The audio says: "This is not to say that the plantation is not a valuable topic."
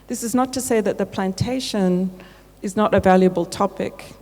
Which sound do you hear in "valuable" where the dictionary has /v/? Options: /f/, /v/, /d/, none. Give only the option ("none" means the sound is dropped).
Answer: /v/